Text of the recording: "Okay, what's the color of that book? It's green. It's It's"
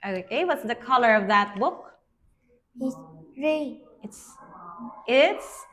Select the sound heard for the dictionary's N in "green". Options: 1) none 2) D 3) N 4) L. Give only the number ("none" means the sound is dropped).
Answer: 1